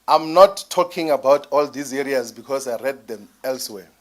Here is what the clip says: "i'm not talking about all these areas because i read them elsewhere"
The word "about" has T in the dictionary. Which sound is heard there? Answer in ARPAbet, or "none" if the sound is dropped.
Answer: T